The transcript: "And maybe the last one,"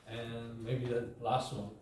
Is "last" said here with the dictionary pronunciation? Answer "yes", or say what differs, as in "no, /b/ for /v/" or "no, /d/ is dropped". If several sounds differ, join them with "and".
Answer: yes